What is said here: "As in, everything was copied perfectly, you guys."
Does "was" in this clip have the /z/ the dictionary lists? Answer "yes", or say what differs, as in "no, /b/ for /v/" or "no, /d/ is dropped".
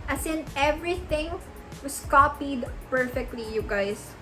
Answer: no, /s/ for /z/